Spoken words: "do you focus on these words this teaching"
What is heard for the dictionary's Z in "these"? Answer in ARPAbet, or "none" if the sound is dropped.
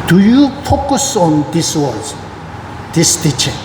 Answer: S